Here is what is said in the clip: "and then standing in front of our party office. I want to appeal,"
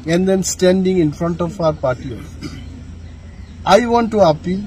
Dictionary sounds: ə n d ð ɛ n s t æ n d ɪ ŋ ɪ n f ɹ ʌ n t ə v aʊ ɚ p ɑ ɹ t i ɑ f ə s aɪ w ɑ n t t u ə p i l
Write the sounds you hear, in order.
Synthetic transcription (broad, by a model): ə n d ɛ n s t æ n d ɪ ŋ ɪ n f ɹ ʌ n t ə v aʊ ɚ p ɑ ɹ t i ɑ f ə ɪ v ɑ n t t u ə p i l